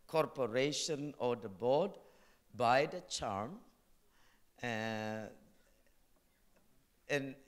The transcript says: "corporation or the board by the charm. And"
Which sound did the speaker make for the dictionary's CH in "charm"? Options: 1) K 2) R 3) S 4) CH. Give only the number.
4